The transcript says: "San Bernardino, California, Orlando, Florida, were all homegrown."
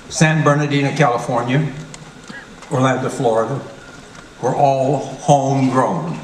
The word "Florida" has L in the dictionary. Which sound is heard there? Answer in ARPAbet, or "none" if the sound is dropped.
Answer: L